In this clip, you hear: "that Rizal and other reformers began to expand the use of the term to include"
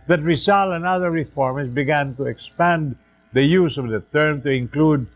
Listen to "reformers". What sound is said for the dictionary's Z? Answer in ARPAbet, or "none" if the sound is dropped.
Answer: S